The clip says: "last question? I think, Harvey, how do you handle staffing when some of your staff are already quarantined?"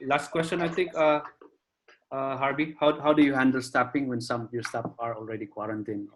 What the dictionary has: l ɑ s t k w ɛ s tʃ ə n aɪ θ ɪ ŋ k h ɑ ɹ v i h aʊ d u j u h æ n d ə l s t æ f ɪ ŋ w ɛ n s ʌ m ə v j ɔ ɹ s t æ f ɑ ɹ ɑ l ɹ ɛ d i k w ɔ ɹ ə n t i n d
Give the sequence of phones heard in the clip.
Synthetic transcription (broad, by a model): l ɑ s t k w ɛ s tʃ ə n aɪ t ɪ ŋ k h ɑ ɹ b i h aʊ d u j u h æ n d ə l s t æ p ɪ ŋ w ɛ n s ʌ m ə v j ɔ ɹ s t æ p ɑ ɹ ɑ l ɹ ɛ d i k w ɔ ɹ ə n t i n